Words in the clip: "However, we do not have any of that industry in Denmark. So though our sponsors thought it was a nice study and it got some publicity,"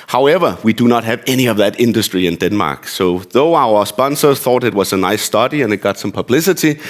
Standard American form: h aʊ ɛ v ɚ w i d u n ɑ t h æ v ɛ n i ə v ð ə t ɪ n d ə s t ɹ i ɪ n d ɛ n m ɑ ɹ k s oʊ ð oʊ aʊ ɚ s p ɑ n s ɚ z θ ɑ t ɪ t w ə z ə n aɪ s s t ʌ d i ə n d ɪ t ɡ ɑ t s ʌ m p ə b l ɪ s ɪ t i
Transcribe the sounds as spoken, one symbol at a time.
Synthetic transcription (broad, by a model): h aʊ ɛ v ɚ w i d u n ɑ t h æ v ɛ n i ə v ð ə t ɪ n d ə s t ɹ i ɪ n d ɛ n m ɑ ɹ k s oʊ ð oʊ aʊ ɚ s p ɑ n s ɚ θ ɑ t ɪ t w ə z ə n aɪ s s t ʌ d i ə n ɪ t ɡ ɑ t s ʌ m p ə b l ɪ s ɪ t i